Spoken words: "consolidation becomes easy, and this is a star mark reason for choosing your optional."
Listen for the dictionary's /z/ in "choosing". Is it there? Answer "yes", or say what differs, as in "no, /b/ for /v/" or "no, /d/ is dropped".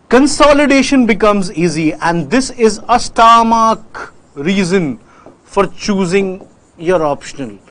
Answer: yes